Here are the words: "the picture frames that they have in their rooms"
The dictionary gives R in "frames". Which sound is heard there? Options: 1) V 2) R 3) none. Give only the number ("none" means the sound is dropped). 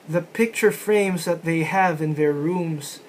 2